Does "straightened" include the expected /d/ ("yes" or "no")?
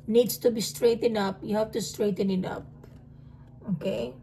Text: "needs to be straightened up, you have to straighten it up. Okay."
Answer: no